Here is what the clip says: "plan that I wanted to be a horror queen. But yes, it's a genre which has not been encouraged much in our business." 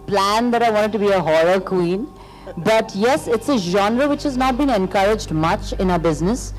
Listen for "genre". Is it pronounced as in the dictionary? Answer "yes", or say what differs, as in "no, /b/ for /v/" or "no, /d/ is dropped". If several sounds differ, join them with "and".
yes